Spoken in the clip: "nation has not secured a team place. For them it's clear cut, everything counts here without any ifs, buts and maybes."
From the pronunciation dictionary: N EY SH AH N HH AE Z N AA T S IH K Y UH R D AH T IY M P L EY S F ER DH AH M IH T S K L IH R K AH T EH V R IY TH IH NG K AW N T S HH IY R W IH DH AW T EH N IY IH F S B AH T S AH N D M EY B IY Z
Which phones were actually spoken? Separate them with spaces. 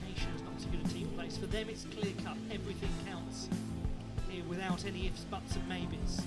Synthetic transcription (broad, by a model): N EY SH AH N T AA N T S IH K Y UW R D AH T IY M P L EY S F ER DH AH M IH T S K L IH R K AH T EH V R IY TH IH NG K AW N T S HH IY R W IH DH AW T EH N IY IH F S B AH T S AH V M EY B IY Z